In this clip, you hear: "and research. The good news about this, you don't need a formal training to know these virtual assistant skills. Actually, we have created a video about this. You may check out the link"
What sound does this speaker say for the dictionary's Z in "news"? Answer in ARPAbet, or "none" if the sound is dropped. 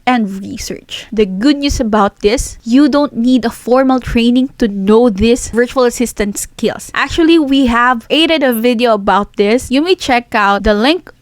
S